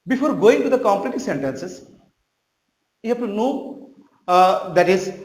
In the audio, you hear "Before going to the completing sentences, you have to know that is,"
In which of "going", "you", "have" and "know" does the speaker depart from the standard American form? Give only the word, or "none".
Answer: have